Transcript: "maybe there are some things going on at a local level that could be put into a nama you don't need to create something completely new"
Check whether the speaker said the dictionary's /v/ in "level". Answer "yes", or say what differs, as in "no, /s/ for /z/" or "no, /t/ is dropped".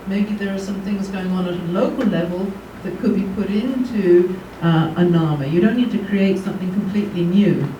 yes